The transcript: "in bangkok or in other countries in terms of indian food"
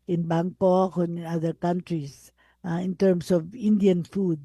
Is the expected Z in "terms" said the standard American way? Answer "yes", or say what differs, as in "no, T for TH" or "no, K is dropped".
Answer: no, S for Z